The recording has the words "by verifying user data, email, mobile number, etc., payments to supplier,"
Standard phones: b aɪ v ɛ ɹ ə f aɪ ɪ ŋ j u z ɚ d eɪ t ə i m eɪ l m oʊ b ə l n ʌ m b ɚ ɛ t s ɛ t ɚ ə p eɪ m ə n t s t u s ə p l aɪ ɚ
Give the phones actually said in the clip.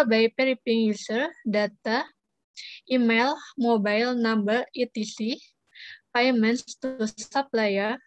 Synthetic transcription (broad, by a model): b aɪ p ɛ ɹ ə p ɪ ŋ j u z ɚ d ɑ t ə i m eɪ l m oʊ b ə l n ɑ m b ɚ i t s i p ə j m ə n s t u s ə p l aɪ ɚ